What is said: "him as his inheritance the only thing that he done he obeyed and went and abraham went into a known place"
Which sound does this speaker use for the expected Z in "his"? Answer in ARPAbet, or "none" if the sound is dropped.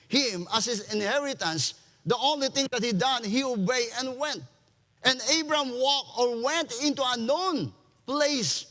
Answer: S